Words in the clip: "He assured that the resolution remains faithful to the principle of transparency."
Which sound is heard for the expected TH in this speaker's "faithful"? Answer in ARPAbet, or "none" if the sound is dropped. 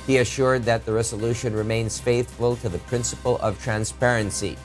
TH